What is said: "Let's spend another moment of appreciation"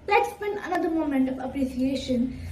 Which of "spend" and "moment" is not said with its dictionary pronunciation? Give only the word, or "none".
spend